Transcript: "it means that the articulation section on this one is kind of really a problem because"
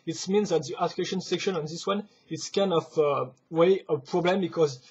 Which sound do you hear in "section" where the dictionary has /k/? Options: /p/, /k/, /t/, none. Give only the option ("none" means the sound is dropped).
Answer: /k/